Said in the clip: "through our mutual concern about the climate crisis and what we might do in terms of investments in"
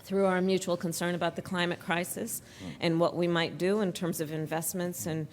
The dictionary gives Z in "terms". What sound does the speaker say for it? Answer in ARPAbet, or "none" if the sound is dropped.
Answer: Z